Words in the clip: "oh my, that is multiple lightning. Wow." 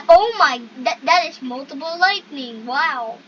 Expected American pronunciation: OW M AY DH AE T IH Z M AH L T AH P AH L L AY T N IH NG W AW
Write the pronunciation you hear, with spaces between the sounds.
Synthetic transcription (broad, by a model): OW M AY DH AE T IH Z M AH L T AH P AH L L AY T N IH NG W AW